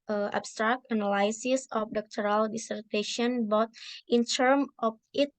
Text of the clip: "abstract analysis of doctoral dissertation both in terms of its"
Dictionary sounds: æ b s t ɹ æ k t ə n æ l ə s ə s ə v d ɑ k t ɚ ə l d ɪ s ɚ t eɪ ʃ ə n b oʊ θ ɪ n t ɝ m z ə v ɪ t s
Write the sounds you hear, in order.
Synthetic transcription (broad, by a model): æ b s t ɹ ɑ k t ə n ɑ l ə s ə s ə f d ɑ k t ɚ ə l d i s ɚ t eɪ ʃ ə n b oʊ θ ɪ n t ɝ m ə f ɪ t